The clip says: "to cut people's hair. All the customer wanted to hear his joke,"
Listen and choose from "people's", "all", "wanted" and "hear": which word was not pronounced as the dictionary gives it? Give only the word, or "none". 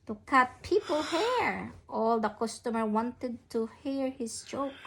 people's